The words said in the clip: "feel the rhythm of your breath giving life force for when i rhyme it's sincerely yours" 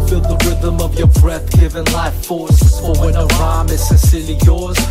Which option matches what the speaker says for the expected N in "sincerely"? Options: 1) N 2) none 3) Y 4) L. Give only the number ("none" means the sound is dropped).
2